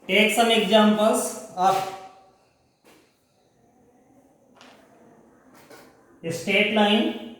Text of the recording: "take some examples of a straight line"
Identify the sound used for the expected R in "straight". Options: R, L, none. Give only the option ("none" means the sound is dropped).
none